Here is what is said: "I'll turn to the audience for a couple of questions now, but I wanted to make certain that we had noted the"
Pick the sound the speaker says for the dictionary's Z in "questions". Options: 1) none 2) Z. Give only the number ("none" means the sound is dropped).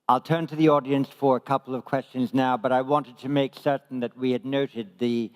2